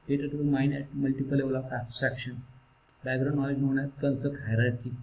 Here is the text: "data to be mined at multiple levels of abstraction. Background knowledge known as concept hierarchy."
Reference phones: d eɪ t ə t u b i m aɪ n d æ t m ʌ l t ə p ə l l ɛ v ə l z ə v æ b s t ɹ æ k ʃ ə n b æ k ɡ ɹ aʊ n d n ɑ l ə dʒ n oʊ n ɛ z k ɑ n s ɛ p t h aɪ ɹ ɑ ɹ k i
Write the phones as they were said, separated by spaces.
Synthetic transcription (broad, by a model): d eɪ t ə t u m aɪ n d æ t m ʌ l t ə p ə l l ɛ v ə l ə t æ s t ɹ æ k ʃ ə n b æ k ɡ ɹ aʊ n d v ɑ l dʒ n oʊ n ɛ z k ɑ n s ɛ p t h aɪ ɹ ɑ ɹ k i